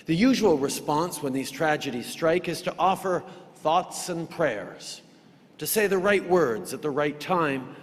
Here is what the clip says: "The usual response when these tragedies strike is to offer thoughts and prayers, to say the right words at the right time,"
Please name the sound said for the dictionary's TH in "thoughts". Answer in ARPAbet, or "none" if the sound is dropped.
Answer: TH